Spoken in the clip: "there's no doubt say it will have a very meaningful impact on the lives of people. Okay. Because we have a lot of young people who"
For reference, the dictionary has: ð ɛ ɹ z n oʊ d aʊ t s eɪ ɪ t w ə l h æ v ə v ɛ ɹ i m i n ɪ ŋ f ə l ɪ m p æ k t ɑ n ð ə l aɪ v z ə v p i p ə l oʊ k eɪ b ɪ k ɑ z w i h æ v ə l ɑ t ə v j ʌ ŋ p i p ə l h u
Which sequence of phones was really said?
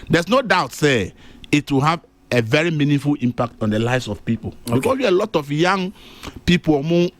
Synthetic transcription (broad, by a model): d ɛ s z n oʊ d aʊ t s eɪ ɪ t w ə h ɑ v ə v ɛ ɹ i m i n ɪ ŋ f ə l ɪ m p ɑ k t ɑ n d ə l aɪ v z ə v p i p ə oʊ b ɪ k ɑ s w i ə l ɑ t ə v j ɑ ŋ p i p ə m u